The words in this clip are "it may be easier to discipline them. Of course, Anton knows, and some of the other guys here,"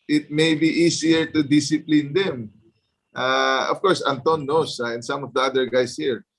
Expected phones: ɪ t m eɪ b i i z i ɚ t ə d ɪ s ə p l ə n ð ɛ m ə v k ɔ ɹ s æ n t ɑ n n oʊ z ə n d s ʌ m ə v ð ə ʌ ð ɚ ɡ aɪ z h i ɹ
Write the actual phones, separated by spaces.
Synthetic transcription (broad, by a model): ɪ t m eɪ b i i s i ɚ t ə d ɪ s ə p l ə n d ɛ m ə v k ɔ ɹ s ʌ n t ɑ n n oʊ s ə n s ʌ m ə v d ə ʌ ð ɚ ɡ aɪ s h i ɹ